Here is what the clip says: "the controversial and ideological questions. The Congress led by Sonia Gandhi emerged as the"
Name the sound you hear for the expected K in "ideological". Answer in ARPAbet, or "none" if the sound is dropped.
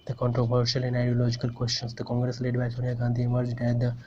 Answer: K